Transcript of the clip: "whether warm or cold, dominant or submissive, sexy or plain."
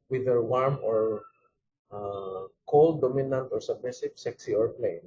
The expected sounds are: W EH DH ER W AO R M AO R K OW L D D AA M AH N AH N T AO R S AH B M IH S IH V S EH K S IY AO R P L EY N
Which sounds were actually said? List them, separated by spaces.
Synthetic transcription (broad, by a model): W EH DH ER W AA R M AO R K OW L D D AA M AH N AH N T AO R S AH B EH S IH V S EH K S IY AO R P L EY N